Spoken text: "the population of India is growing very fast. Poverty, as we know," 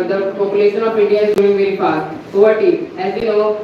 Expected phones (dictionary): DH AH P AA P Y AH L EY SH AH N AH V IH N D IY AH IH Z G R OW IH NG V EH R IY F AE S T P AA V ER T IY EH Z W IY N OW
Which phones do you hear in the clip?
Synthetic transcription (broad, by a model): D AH P AA P Y AH L EY SH AH N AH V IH N D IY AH IH Z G OW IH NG V EH R IY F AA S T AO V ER T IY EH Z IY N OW